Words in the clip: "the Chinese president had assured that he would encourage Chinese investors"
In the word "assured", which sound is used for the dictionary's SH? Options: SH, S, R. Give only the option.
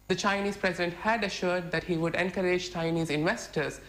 SH